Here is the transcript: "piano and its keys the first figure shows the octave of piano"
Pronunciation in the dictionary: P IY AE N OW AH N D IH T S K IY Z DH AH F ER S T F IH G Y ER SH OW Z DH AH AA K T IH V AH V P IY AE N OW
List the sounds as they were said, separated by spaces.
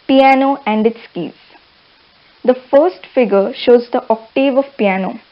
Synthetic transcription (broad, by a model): P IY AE N OW AH N D IH T S K IY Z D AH F ER S T F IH G ER SH OW Z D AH AA K T IH V AH V P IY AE N OW